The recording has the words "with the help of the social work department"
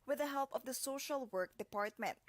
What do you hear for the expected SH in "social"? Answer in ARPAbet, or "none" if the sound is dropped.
SH